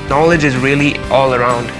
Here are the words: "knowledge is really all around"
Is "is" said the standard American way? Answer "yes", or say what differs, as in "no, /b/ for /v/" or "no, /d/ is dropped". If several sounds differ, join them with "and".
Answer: yes